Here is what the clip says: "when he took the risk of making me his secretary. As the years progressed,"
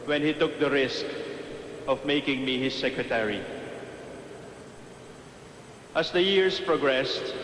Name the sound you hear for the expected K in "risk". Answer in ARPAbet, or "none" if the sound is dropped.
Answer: K